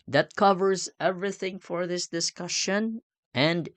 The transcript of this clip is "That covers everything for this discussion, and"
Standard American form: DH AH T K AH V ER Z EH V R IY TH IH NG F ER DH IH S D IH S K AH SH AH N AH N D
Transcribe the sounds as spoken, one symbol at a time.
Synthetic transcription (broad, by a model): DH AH T K AH V ER Z EH V R IY TH IH NG F ER DH IH S D IH S K AH SH AH N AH N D